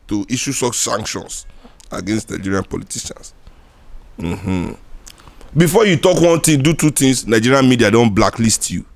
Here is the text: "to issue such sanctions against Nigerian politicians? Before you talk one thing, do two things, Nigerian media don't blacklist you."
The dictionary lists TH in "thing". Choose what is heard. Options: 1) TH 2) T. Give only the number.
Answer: 2